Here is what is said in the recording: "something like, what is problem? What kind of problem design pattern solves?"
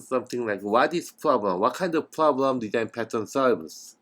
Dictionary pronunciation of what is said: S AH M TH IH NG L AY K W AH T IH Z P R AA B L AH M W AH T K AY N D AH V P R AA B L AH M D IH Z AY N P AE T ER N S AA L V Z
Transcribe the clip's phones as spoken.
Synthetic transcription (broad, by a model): S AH M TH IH NG L AY K W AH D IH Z P R AA B L AH M W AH T K AY N D AH V P R AA B L AH M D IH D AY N P AE T ER N S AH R V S